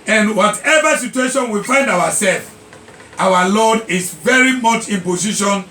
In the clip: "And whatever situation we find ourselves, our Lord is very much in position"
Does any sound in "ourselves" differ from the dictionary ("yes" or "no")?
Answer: yes